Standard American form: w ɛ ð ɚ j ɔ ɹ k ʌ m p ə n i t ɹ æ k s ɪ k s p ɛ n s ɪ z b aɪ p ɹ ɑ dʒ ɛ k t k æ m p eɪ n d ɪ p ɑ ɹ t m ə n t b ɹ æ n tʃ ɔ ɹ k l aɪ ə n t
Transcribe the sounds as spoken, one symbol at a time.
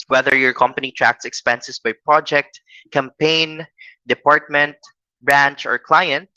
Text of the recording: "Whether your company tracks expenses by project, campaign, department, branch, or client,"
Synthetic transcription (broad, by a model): w ɛ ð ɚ j ɔ ɹ k ʌ m p ə n i t ɹ æ k s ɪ k s p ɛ n s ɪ s b aɪ p ɹ ɑ dʒ ɛ k t k æ m p eɪ n d ɪ p ɑ ɹ t m ə n t b ɹ æ n tʃ ɔ ɹ k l aɪ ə n t